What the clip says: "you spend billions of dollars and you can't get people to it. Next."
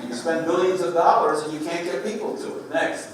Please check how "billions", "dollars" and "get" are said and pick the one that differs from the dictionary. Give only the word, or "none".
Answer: none